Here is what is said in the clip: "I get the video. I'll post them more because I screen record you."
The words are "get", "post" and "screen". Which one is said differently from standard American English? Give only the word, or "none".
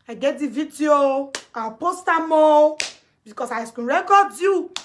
screen